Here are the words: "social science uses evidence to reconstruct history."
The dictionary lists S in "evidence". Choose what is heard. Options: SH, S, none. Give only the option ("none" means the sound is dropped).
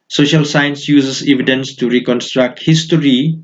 S